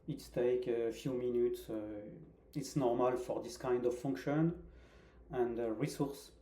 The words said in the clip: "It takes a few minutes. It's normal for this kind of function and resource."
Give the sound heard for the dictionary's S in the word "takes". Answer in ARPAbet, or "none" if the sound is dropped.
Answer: none